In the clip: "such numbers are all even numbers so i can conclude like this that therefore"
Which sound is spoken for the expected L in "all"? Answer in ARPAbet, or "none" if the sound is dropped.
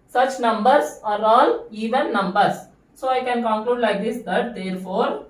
L